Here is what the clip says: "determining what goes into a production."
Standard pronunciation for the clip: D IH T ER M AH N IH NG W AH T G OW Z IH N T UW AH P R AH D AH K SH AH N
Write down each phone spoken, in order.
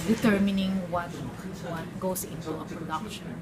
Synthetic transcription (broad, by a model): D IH T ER M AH N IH NG W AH T G OW S IH N T UW AH P R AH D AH K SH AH N